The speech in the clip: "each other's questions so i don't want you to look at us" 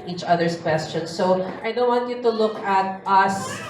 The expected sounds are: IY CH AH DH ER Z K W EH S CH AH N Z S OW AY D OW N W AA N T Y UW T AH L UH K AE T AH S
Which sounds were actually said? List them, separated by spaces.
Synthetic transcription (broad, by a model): IY CH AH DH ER S K W EH S CH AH N S OW AY D OW N W AA N T Y UW T AH L UH K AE T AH S